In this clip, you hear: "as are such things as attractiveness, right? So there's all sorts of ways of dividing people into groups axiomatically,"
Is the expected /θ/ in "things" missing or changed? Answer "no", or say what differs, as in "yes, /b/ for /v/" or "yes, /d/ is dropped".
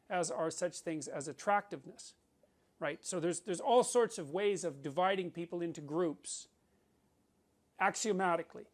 no